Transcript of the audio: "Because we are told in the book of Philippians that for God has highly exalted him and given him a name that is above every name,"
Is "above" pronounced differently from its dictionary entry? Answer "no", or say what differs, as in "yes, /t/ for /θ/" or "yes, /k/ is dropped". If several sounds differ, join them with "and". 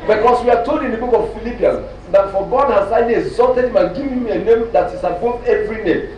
yes, /v/ is dropped